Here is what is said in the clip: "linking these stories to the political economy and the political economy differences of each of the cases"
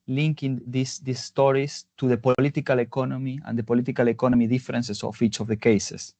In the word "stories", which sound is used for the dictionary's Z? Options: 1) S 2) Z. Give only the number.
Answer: 1